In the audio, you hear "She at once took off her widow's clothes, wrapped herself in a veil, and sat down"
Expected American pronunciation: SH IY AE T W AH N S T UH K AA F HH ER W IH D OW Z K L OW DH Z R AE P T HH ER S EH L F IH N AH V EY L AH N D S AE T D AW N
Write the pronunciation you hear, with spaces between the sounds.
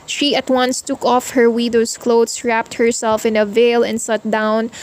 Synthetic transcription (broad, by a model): SH IY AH T W AH N S T UH K AA F HH ER W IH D OW S K L OW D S R AE P T HH ER S EH L F IH N AH V EY L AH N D S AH T D AW N